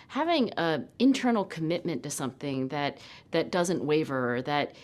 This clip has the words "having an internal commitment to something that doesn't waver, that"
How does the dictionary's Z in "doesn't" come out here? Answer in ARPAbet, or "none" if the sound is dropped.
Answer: Z